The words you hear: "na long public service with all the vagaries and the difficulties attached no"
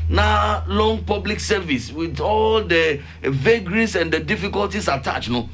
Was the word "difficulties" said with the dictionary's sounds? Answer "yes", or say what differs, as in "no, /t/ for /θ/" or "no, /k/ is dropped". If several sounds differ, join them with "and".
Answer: no, /s/ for /z/